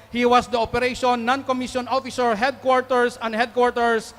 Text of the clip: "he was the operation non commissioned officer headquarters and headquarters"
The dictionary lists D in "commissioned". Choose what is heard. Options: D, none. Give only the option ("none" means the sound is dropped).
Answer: none